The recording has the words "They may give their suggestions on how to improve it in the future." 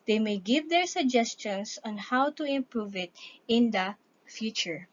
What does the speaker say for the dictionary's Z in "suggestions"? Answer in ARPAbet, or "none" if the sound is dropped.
S